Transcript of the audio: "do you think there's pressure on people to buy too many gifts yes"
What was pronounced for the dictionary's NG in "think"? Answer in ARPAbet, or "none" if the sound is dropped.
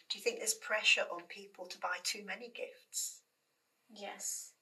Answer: NG